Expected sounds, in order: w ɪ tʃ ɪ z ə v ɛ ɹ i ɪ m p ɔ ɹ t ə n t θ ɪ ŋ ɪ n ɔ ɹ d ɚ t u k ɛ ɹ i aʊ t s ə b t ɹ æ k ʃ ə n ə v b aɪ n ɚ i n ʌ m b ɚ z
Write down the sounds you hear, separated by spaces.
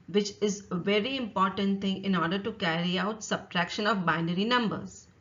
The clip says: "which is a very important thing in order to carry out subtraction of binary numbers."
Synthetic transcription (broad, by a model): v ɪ tʃ ɪ z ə v ɛ ɹ i ɪ m p ɔ ɹ t ə n t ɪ ŋ ɪ n ɔ ɹ d ɚ t u k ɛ ɹ i aʊ t s ə b t ɹ æ k ʃ ə n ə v b aɪ n ɚ i n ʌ m b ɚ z